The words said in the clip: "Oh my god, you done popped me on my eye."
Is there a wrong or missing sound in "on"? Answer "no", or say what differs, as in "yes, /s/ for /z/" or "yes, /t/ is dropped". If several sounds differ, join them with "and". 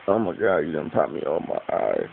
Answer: yes, /l/ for /n/